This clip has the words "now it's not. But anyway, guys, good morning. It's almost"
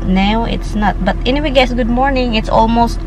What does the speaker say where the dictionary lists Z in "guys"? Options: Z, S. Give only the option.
S